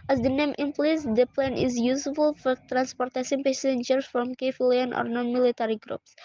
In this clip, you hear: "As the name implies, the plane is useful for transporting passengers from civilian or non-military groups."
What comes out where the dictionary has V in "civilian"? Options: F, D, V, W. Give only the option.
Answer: F